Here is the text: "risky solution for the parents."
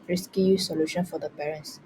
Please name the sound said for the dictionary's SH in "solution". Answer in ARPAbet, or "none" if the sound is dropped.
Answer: SH